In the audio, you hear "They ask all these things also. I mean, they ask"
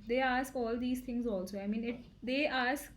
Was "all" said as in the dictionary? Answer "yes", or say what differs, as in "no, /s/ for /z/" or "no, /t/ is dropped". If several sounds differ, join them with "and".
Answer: yes